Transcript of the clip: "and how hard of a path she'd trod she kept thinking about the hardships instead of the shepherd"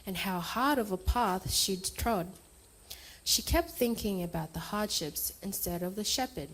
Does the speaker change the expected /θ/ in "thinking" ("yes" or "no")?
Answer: no